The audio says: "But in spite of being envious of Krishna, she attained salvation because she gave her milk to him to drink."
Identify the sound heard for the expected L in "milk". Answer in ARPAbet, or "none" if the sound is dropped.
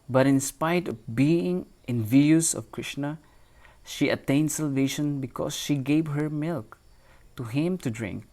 L